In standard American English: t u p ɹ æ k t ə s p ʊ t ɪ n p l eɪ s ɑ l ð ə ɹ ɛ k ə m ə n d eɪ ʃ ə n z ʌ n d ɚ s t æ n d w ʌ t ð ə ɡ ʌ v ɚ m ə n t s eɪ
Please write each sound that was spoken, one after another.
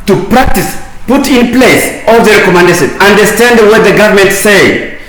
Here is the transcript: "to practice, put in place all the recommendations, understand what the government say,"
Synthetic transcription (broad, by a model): t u p ɹ æ k t ə s p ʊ t ɪ n p l eɪ s ɑ l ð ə ɹ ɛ k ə m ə n d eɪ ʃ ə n ʌ n d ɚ s t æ n d w ʌ t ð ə ɡ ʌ v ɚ m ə n t s eɪ